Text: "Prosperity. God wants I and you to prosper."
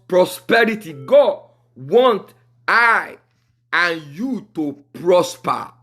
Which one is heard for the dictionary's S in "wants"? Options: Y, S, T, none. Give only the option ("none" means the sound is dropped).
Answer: none